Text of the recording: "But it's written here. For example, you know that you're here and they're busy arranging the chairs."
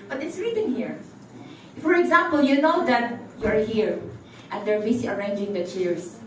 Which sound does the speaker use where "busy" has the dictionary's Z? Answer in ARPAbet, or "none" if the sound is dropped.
S